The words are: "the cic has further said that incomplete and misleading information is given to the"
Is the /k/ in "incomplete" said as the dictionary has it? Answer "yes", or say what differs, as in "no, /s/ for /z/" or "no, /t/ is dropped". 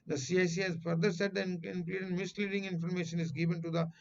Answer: no, /k/ is dropped